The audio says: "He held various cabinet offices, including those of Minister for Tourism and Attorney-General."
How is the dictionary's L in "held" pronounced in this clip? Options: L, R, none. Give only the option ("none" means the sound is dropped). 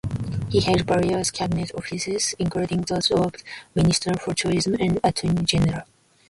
none